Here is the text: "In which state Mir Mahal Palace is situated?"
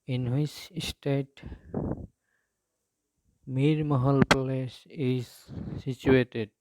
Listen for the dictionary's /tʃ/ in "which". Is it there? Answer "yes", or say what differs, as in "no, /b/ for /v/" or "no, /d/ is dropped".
no, /s/ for /tʃ/